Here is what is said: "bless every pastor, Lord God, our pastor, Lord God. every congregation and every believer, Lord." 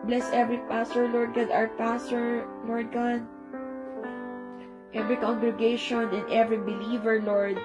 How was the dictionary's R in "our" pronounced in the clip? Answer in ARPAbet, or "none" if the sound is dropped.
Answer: W